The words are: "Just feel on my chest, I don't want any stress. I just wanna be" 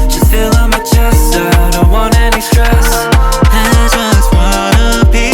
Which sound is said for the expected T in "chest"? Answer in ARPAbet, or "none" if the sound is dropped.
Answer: none